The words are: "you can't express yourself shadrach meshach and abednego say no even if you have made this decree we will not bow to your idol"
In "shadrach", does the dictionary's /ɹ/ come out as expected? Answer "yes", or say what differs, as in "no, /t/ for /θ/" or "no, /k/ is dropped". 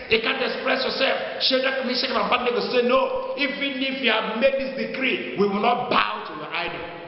no, /ɹ/ is dropped